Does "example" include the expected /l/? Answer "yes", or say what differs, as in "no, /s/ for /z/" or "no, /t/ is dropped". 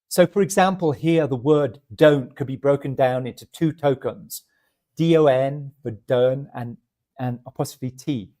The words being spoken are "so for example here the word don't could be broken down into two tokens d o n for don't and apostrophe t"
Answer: yes